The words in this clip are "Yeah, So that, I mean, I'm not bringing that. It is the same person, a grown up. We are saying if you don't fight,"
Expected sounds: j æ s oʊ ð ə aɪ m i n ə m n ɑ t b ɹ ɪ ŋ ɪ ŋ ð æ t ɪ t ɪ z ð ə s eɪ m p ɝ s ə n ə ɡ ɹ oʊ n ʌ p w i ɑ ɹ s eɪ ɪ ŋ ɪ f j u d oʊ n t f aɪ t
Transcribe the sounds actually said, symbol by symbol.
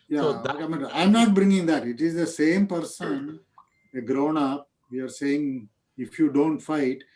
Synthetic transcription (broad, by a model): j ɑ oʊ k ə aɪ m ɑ ə m n ɑ t b ɹ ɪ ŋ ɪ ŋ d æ t ɪ t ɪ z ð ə s eɪ m p ɝ s ə n ə ɡ ɹ oʊ n ʌ p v i ɑ ɹ s eɪ ɪ ŋ ɪ f j u d oʊ n t f aɪ t